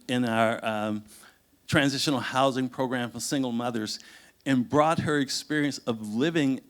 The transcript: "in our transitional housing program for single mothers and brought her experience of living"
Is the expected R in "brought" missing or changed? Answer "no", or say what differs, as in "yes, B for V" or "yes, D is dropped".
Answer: no